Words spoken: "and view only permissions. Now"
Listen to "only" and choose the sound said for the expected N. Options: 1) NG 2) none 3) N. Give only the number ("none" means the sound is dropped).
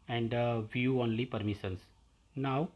3